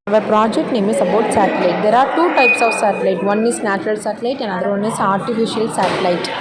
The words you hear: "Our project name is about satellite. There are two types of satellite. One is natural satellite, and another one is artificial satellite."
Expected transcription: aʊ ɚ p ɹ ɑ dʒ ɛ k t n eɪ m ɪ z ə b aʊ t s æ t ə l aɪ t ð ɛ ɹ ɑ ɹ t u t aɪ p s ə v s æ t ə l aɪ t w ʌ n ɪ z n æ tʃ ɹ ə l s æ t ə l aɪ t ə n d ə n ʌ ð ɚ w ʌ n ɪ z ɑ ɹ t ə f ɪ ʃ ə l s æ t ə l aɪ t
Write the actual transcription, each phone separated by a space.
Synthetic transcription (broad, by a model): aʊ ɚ p ɹ ɑ dʒ ɛ k t n eɪ m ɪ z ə b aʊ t s æ t ə l aɪ t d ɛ ɹ ɑ ɹ t u t aɪ p s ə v s æ t ə l aɪ t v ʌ n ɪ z n æ tʃ ɹ ə l s æ t ə l aɪ t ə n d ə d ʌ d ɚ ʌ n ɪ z ɑ ɹ t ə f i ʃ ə l s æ t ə l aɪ t